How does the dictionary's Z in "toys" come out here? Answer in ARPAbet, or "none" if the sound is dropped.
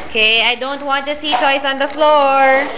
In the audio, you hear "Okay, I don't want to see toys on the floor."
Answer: S